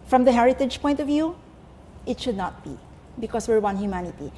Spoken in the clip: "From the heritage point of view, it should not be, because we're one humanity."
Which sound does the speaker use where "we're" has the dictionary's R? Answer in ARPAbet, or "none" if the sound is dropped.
R